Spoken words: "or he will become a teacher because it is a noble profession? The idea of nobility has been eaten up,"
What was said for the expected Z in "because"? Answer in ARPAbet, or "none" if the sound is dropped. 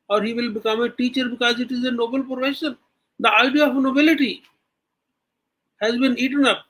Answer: Z